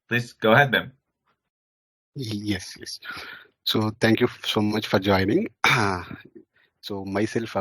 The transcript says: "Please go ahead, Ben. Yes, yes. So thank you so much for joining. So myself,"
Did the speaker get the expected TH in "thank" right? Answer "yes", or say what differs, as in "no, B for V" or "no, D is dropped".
no, T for TH